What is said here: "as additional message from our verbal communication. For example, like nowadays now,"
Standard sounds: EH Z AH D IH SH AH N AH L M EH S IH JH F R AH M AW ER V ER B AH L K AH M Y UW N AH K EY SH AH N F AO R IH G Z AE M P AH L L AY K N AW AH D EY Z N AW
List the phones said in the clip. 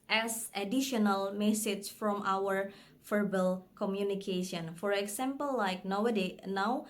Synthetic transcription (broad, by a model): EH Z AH D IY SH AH N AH L M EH S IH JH F R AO M AW ER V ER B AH L K AH M Y UW N AH K EY SH AH N F AO R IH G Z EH M P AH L L AY K N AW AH D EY N AW